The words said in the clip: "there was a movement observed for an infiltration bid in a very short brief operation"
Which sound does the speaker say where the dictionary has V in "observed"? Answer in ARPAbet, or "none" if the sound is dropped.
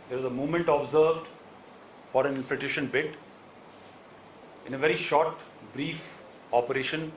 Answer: V